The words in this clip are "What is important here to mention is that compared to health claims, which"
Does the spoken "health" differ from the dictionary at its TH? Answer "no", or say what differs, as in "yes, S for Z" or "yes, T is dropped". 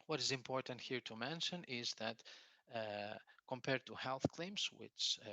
no